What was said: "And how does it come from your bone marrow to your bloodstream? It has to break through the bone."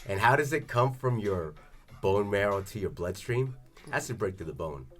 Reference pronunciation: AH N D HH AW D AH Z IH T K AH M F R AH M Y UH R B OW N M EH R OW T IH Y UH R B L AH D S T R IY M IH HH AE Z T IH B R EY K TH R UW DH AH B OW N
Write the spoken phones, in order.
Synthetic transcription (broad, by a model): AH N HH AW D AH Z IH T K AH M F R AH M Y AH R B OW N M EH R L T IH Y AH R B L AH D S T R IY M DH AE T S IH B R EY K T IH DH AH B OW N